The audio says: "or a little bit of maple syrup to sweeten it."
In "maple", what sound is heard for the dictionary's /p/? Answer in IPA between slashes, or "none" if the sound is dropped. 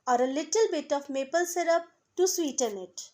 /p/